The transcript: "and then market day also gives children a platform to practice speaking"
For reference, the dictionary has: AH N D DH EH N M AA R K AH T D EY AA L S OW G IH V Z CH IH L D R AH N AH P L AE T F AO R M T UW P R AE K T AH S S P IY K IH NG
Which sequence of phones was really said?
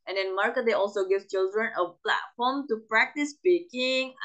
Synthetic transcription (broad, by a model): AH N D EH N M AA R K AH D EY AA L S OW G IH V CH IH L D R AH N AH P L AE T F AO M T UW P R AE K T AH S S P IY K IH NG